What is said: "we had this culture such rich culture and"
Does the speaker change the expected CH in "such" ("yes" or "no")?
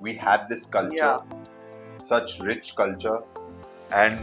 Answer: no